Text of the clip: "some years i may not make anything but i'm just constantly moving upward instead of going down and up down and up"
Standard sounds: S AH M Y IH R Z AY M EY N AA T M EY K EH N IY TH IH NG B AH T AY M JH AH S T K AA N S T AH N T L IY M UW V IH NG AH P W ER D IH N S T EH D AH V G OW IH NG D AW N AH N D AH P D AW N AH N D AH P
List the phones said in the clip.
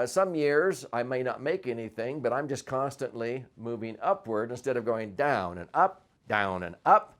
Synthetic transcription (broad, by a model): S AH M Y IH R Z AY M EY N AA T M EY K EH N IY TH IH NG B AH T AY M JH AH S K AA N S T AH N T L IY M UW V IH NG AH P W ER D IH N S T EH D AH V G OW IH NG D AW N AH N AH P D AW N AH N AH P